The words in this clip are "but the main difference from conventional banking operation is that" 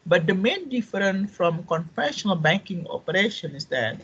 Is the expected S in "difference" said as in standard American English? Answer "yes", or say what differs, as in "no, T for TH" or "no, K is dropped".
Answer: no, S is dropped